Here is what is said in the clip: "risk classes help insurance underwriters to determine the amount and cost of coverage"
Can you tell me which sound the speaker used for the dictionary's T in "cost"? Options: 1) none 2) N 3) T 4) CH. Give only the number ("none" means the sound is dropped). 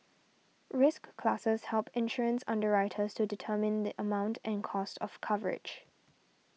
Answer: 3